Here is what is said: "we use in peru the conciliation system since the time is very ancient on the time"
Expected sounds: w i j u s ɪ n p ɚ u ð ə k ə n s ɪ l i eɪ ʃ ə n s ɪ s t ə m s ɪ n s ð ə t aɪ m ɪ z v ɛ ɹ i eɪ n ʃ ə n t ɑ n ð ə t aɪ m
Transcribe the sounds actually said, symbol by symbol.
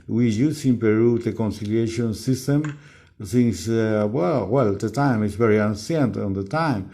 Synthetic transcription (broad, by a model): w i j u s ɪ n p ɚ u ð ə k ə n s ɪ l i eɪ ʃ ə n s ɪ s t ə m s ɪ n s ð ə t aɪ m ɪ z v ɛ ɹ i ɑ n s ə n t ɑ n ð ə t aɪ m